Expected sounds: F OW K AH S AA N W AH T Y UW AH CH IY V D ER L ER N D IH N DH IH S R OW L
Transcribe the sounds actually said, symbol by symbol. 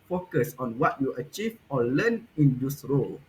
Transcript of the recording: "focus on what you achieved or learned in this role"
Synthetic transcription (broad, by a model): F OW K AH S AA N W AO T Y UW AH CH IY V AO L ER N IH N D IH S R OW L